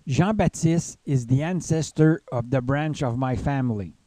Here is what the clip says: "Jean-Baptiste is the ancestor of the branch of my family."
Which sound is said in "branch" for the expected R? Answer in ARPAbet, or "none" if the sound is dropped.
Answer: R